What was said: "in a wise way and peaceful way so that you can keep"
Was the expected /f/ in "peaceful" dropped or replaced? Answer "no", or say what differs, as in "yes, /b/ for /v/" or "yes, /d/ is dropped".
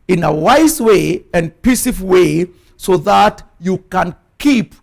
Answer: yes, /f/ is dropped